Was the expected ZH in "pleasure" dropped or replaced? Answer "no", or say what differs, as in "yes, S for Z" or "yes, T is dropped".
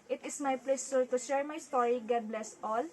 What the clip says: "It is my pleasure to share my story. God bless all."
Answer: yes, S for ZH